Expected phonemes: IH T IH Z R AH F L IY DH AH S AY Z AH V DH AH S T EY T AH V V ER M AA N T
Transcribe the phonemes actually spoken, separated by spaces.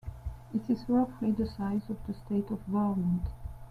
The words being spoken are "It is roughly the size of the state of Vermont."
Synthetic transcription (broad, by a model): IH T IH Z W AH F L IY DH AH S AY Z AH V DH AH S T EY T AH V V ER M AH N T